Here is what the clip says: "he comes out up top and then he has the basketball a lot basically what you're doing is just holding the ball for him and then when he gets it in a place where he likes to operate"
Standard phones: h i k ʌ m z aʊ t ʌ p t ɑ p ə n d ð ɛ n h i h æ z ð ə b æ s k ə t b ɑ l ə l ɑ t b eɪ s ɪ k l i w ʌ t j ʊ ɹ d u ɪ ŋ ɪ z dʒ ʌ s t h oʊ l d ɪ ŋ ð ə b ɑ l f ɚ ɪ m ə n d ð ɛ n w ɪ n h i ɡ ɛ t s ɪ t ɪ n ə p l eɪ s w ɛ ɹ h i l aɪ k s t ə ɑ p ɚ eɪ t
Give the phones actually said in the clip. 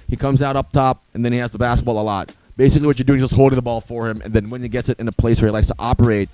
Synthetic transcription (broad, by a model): h i k ʌ m z aʊ t ʌ p t ɑ p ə n ð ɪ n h i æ z ð ə b æ s k ə t b ɑ l ə l ɑ t b eɪ s ɪ k l i w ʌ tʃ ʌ ɹ d u ɪ ŋ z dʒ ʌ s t h oʊ l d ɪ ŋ ð ə b ɑ l f ɚ ɪ m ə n ð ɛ n w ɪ n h i ɡ ɛ t s ɪ t ɪ n ə p l eɪ s w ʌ ɹ h i l aɪ k s t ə ɑ p ɚ eɪ t